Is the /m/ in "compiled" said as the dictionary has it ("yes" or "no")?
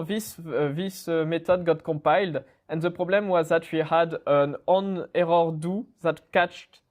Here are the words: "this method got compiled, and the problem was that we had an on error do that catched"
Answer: no